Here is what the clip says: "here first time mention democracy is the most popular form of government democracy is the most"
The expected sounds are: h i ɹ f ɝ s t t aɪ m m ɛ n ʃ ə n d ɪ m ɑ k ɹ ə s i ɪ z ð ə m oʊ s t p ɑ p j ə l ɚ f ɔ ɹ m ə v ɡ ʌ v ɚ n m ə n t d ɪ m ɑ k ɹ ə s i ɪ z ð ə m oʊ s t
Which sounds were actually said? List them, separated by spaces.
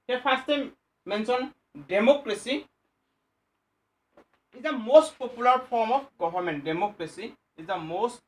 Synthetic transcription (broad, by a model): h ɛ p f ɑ s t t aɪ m m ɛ n s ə n d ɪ m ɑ k ɹ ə s i ɪ z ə m oʊ s t p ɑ p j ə l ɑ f ɔ ɹ m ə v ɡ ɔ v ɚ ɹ m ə n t d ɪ m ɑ k ɹ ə s i ɪ z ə m oʊ s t